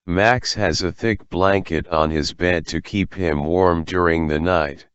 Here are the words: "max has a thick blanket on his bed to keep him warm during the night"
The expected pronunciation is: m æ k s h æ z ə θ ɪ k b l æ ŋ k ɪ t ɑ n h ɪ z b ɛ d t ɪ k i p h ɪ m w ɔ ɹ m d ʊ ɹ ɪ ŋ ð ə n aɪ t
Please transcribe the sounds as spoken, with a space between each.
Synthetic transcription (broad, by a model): m æ k s h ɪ z ə θ ɪ k b l æ ŋ k ɪ t n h ɪ z b ɛ d t ɪ k i p h ɪ m w ɔ ɹ m d ʊ ɹ ɪ ŋ ð ə n aɪ t